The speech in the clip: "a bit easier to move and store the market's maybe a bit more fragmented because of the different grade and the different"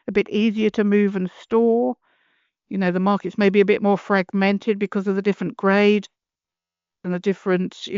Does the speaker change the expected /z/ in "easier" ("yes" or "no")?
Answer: no